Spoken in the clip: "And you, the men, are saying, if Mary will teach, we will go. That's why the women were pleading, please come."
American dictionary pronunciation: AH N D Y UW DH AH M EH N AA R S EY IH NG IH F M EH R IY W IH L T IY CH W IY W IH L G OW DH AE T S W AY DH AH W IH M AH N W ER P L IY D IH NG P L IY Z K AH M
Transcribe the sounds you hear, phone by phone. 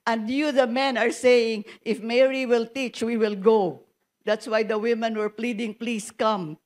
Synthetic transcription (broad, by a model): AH N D Y UW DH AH M EH N AA R S EY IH NG IH F M EH R IY W IH L T IY CH W IY W IH L G OW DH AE T S W AY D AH W IH M AH N W ER P L IY D IH NG P L IY S K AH M